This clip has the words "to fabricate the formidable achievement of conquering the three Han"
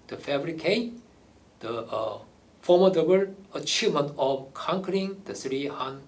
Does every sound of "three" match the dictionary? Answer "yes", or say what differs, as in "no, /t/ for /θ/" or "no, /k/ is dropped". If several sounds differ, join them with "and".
no, /s/ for /θ/